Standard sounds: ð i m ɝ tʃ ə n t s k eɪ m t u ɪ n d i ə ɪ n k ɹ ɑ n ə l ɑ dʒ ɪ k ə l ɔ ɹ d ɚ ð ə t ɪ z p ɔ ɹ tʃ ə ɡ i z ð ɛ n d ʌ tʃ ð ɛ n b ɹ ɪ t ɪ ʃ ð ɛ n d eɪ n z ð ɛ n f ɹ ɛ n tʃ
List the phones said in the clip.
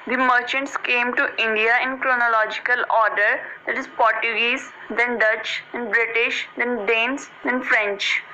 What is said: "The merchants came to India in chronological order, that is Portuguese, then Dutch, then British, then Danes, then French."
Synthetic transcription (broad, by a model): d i m ɝ tʃ ə n t s k eɪ m t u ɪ n d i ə ɪ n k ɹ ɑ n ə l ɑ dʒ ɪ k ə l ɔ ɹ d ɚ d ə t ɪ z p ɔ ɹ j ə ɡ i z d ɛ n d ʌ tʃ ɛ n b ɹ ɪ t ɪ ʃ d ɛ n d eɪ n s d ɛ n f ɹ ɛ n tʃ